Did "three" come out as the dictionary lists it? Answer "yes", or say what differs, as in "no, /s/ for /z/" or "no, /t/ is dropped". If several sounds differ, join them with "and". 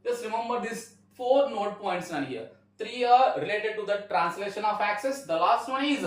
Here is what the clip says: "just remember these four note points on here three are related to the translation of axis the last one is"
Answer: no, /t/ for /θ/